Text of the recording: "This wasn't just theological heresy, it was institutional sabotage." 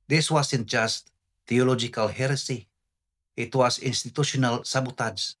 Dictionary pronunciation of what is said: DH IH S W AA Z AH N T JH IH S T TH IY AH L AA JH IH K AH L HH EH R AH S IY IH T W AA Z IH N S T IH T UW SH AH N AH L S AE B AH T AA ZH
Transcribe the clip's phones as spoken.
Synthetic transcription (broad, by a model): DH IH S W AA S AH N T JH IH S T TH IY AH L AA JH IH K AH L HH EH R AH S IY IH T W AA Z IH N S T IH T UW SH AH N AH L S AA B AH T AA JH